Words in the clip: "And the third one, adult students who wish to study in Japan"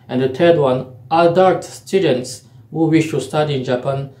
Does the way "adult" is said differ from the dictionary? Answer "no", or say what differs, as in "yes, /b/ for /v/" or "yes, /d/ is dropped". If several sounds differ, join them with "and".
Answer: yes, /l/ is dropped